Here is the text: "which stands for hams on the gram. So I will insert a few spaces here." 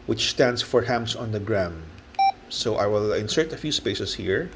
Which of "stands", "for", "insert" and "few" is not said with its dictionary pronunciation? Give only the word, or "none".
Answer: stands